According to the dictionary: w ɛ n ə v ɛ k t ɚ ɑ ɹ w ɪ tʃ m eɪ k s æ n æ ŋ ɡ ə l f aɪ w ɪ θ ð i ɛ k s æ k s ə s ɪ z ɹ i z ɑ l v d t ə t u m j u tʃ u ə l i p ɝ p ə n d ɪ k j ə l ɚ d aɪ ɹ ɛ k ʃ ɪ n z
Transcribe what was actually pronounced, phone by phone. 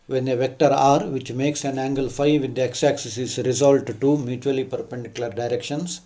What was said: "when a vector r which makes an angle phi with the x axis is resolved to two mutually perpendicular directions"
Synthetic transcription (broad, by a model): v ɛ n ə v ɛ k t ɚ ɑ ɹ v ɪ tʃ m eɪ k s æ n æ ŋ ɡ ə l f aɪ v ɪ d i ɛ k s æ k s ə s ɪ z ɹ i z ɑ l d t t u m j u tʃ u ə l i p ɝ p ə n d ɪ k j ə l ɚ d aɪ ɹ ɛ k ʃ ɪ n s